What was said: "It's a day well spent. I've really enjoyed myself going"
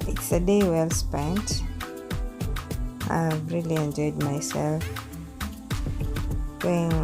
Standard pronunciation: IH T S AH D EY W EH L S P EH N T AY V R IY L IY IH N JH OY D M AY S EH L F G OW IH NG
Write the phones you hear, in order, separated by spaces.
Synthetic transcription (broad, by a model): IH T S AH D EY W EH L S P EH N T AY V R IY L IY IH N JH OY D M AY S EH L F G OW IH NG